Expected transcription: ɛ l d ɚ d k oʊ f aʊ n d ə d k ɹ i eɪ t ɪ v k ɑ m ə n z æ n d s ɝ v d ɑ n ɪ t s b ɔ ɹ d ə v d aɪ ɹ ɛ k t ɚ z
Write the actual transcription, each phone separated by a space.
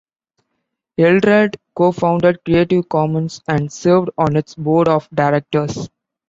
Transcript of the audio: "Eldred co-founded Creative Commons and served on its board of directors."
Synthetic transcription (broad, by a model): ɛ l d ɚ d k oʊ f aʊ n d ə d k ɹ i eɪ t ɪ v k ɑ m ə n s æ n d s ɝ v d ɑ n ɪ t s b ɔ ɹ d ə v d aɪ ɹ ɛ k t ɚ s